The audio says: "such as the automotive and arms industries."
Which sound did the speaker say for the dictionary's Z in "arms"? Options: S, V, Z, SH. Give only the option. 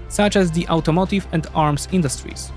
S